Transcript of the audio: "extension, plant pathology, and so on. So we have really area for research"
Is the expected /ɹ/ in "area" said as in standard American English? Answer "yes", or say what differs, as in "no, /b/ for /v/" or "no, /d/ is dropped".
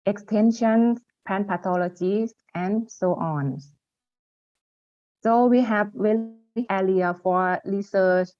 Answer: no, /l/ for /ɹ/